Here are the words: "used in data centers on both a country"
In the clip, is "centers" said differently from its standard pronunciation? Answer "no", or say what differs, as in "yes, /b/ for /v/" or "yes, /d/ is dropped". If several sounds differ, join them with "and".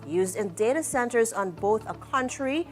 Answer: no